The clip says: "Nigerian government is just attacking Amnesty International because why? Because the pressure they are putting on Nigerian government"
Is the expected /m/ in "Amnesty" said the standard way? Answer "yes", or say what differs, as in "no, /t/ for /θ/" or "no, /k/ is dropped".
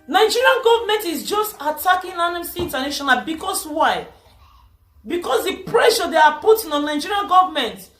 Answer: no, /m/ is dropped